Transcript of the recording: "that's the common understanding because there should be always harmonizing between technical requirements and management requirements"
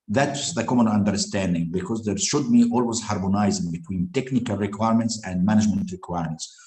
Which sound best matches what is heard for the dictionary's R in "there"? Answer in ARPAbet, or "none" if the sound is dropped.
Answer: R